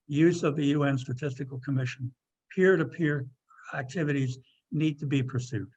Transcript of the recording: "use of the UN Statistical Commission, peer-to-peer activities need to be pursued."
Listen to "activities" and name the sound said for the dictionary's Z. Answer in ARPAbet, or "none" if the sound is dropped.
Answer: Z